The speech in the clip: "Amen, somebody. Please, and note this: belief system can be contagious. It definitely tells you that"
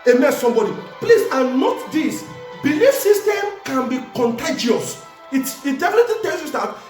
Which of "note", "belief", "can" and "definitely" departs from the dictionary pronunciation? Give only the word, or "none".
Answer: definitely